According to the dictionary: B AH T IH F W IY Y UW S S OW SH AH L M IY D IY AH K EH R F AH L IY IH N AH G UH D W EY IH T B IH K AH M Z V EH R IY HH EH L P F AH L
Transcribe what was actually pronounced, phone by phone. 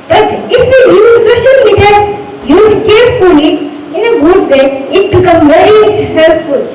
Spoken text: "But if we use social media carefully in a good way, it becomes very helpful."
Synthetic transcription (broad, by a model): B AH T IH F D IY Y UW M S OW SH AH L M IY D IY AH K EH R F AH L IY IH N AH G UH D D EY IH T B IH K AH M V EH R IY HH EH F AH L